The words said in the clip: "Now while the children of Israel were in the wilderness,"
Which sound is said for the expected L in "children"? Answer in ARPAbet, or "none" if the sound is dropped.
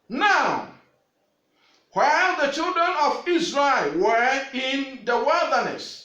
L